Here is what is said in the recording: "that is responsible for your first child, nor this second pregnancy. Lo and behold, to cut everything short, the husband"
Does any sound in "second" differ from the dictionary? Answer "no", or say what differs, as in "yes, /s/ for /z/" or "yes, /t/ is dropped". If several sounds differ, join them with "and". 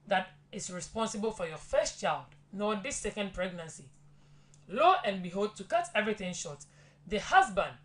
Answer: no